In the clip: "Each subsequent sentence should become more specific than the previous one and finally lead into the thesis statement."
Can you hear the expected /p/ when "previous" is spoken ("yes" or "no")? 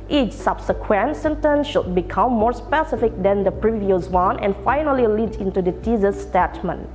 yes